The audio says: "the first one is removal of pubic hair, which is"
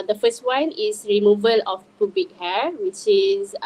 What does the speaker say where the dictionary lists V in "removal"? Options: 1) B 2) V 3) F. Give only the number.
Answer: 2